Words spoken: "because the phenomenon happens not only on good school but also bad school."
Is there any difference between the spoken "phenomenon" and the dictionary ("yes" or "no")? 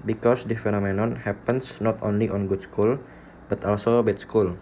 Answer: no